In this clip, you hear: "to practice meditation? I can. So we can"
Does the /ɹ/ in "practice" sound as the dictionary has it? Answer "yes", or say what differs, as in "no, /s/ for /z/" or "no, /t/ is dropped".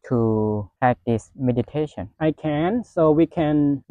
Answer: no, /ɹ/ is dropped